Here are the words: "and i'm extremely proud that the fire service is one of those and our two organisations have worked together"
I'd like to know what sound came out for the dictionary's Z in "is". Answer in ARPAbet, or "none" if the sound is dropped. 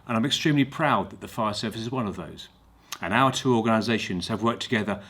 Z